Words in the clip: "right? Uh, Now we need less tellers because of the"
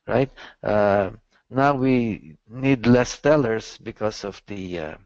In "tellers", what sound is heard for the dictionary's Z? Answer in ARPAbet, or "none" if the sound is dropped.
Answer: S